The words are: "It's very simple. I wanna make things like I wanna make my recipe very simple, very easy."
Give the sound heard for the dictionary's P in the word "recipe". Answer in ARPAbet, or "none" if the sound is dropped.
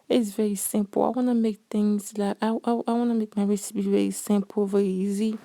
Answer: B